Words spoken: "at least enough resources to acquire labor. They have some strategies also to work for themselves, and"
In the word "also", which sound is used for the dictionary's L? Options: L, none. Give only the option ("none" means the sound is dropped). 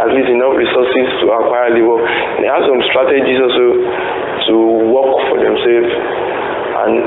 none